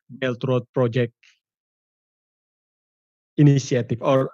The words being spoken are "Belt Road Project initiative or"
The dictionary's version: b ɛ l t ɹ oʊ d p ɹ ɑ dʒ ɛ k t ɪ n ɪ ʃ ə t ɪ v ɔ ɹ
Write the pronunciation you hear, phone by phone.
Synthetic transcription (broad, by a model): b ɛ l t ɹ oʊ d p ɹ ɑ dʒ ɛ k t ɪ n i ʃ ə t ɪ f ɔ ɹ